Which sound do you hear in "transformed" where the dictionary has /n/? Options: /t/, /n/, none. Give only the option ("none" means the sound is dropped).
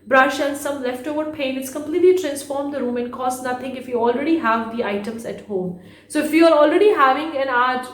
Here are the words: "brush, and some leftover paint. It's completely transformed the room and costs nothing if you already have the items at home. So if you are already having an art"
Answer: /n/